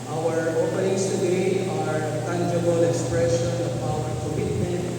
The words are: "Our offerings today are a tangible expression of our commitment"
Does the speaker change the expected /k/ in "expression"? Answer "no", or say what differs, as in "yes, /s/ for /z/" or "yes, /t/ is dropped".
no